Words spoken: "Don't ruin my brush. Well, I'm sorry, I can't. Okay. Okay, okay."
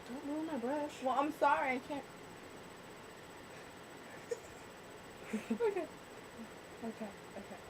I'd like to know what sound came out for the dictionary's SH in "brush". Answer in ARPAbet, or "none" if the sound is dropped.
S